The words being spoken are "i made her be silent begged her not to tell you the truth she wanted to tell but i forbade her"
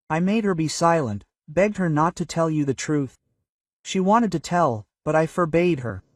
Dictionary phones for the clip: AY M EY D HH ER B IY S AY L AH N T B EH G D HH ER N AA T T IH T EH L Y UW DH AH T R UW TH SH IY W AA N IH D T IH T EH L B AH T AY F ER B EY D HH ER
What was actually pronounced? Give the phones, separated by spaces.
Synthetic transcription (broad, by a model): AY M EY D HH ER B IY S AY L AH N T B EH G D HH ER N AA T T IH T EH L Y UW DH AH T R UW TH SH IY W AA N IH D T IH T EH L B AH T AY F ER B EY D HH ER